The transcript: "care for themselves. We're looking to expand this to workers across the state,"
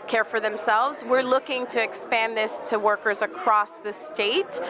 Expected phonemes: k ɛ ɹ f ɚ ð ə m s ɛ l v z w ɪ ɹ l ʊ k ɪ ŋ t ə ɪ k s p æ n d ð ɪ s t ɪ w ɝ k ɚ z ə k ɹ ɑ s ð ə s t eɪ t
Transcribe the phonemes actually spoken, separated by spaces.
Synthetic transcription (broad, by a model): k ɛ ɹ f ɚ ð ə m s ɛ l v z w ɪ ɹ l ʊ k ɪ ŋ t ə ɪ k s p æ n ð ɪ s t ɪ w ɝ k ɚ z ə k ɹ ɑ s ð ə s t eɪ t